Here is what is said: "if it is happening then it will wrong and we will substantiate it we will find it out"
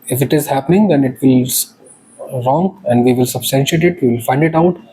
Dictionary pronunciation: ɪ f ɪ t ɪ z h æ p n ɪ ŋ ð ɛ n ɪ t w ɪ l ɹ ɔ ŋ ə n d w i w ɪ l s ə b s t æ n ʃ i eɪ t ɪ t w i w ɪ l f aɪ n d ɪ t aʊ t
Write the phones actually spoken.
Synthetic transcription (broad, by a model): ɪ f ɪ t ɪ z h æ p n ɪ ŋ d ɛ n ɪ t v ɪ l ɹ ɔ ŋ ə n d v i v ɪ l s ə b s t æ n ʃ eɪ t ɪ t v i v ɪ l f aɪ n d ɪ t aʊ t